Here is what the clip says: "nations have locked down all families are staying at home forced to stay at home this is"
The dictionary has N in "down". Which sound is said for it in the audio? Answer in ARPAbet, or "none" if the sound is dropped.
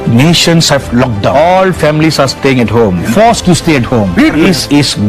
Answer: none